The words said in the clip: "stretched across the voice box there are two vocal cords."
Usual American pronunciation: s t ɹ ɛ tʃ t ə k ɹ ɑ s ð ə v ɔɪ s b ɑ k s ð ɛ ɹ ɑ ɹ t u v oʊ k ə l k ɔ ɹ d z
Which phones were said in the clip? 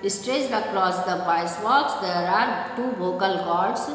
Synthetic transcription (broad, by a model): s t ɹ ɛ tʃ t ə k ɹ ɑ s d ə b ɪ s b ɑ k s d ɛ ɹ ɑ ɹ t u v oʊ k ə l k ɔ ɹ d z